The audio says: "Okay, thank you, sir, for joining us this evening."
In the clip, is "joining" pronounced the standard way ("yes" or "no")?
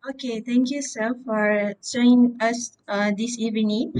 no